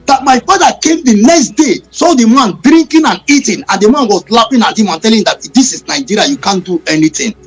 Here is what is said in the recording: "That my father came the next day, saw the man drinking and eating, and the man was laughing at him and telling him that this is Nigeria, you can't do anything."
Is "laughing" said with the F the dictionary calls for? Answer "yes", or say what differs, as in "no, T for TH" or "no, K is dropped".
no, P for F